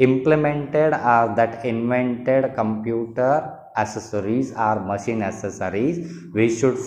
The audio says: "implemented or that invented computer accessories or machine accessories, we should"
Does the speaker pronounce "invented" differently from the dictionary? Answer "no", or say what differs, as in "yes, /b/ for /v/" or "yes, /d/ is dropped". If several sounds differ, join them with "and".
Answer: no